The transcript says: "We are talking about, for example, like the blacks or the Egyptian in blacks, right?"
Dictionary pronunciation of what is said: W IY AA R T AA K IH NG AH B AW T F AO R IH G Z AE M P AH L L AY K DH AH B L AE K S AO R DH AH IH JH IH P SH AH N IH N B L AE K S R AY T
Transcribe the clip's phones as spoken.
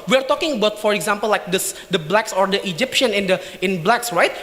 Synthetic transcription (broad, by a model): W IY AA R T AA K IH NG AH B AW T F AO R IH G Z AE M P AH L L AY K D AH B L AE K S AO R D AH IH JH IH P SH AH N IH N B L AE K S R AY T